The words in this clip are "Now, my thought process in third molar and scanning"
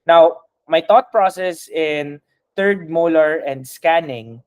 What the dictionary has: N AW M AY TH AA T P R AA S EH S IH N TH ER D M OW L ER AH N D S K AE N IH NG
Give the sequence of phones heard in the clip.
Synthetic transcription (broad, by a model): N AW M AY T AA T P R AA S EH S IH N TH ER D M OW L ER AH N D S K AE N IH NG